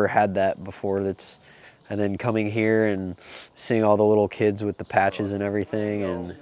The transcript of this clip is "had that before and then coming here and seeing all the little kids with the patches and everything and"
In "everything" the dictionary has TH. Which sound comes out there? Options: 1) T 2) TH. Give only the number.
2